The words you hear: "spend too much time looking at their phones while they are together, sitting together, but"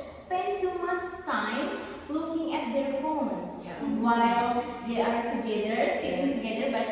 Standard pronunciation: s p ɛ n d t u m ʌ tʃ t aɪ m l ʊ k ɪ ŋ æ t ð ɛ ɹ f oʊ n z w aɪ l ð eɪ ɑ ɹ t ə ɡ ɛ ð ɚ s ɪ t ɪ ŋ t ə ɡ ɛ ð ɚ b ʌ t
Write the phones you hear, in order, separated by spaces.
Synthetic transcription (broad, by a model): s p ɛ n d t u m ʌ s t aɪ m l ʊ k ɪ ŋ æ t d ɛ ɹ f oʊ n s w aɪ l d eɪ ɑ ɹ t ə ɡ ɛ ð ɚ s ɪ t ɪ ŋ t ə ɡ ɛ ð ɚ b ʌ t